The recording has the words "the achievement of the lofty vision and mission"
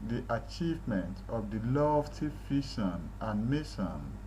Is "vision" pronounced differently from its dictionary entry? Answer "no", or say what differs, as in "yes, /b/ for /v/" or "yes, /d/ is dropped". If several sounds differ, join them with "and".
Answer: yes, /f/ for /v/ and /ʃ/ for /ʒ/